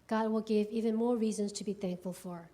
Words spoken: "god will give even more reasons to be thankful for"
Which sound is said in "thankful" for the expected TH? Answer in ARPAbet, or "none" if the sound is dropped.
TH